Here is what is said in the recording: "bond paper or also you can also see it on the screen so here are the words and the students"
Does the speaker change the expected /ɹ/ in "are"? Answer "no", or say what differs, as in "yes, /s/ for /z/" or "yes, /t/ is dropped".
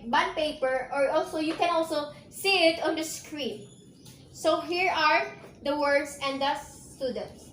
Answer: no